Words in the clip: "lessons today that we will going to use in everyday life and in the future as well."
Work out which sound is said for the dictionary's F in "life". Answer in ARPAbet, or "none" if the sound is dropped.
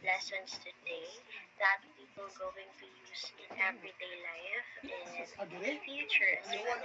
none